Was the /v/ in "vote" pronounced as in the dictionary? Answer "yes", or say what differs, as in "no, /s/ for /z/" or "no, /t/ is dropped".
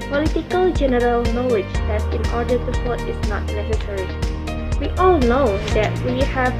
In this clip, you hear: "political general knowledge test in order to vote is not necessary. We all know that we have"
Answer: no, /f/ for /v/